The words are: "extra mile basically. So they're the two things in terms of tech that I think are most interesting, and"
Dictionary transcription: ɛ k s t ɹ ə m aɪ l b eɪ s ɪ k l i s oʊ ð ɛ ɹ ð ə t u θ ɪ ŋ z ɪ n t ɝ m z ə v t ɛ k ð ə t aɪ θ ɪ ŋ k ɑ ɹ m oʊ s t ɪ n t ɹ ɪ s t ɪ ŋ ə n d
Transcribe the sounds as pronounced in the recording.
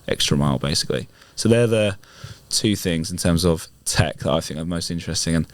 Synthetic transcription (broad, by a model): ɛ k s t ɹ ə m aɪ l b eɪ s ɪ k l i s oʊ ð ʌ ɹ ð ə t u θ ɪ ŋ z ɪ n t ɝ m z ə v t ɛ k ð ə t aɪ θ ɪ ŋ k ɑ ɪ m oʊ s t ɪ n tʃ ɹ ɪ s t ɪ ŋ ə n